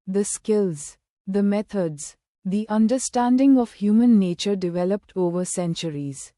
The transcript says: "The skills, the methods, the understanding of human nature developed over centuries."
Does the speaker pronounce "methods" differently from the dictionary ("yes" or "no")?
yes